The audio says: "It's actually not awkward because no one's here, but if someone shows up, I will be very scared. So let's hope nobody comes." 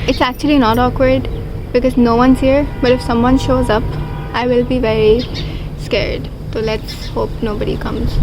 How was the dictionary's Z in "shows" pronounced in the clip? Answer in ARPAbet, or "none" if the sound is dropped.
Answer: Z